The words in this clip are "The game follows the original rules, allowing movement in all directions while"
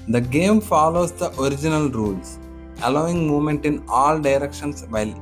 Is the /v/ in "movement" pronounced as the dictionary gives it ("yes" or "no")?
no